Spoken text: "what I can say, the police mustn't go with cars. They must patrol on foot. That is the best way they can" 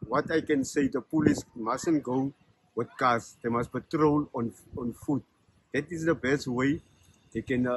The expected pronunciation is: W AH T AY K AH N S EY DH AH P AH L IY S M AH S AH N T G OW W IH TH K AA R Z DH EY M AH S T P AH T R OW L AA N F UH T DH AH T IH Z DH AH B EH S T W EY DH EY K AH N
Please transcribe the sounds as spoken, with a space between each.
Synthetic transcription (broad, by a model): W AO T AY K AH N S EY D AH P AH L IY S M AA S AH N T G OW W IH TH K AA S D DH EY M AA S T B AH T R OW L AA N F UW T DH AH T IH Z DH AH B EH S T W EY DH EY K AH N